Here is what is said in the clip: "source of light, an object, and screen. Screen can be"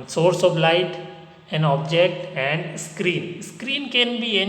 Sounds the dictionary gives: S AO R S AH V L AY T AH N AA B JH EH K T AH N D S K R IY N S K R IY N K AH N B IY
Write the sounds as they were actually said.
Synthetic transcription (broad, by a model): S AO R S AH V L AY T AH N AA B JH EH K T AH N D S K R IY N S K R IY N K AH N B IY